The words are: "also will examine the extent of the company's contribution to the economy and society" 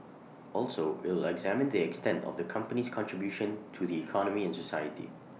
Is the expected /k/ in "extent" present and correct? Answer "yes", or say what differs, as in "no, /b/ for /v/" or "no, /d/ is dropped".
yes